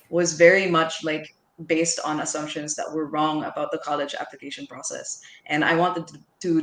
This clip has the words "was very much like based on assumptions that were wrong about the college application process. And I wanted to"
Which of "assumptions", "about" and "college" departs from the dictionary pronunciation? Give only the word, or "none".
none